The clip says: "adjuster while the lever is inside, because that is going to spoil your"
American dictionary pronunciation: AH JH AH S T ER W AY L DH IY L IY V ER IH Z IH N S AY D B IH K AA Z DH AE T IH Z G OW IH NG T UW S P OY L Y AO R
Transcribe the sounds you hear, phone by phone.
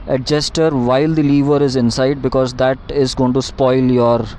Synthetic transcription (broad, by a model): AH JH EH S T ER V AY L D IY L IY V ER IH Z IH N S AY D B IH K AA Z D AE T IH Z G OW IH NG T UW S P OY L Y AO R